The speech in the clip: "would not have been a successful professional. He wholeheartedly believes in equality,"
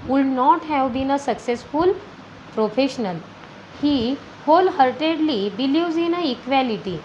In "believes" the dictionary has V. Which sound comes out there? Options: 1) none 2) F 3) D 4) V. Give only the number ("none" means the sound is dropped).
1